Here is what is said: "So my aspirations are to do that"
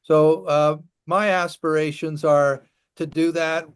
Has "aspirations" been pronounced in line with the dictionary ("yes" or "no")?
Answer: yes